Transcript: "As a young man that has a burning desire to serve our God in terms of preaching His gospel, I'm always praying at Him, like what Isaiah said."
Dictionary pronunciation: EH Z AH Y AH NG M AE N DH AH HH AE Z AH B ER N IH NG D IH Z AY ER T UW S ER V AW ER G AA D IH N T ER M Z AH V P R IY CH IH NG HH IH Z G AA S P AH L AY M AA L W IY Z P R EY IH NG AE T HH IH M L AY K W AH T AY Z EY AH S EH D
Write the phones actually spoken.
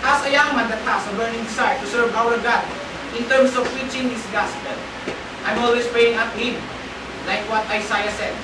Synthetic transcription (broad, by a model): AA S AH Y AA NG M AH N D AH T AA S AH B ER N IH NG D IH S AY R T UW S ER V AW ER G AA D IH N T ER M S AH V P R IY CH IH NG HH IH S G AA S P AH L AY M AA L W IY S P R EY IH NG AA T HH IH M L AY K W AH T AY S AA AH S EH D